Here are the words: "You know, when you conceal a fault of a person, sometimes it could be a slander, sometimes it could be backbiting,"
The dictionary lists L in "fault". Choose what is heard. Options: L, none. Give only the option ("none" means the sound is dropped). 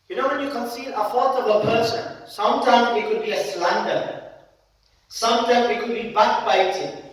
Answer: none